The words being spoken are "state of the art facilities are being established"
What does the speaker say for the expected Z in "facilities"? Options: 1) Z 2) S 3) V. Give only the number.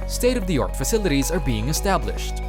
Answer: 1